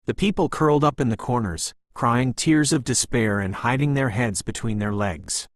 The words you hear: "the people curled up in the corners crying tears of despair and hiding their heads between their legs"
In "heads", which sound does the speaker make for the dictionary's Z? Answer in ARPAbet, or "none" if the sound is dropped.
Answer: Z